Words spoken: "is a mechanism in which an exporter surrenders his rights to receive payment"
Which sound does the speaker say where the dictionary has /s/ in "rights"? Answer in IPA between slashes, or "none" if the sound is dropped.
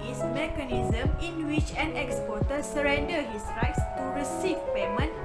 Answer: /s/